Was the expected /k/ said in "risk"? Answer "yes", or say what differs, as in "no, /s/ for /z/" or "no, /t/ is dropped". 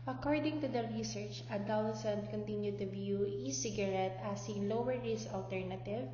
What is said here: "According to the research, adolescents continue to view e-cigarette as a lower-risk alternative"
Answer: no, /k/ is dropped